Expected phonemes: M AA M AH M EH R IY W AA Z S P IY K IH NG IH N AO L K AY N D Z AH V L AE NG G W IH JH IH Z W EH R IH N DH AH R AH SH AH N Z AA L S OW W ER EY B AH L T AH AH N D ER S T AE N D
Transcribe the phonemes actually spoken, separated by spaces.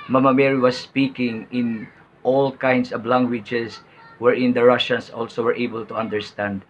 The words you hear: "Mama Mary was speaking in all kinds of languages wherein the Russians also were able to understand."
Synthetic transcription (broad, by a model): M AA M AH M EH R IY W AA S P IY K IH NG IH N AO L K AY N D S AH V L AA NG G W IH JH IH S W EH R IH N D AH R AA SH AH N S AA L S OW W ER EY B AH L T AH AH N D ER S T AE N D